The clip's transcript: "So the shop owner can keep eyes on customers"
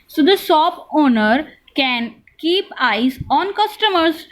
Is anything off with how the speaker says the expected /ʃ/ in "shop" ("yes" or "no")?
yes